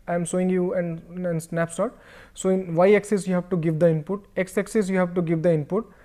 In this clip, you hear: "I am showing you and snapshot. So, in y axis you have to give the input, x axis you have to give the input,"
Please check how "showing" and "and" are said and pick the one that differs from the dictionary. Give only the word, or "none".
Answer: showing